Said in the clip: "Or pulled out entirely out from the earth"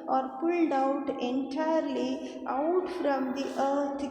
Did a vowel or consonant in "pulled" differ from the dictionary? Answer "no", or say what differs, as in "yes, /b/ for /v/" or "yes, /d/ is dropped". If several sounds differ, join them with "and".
no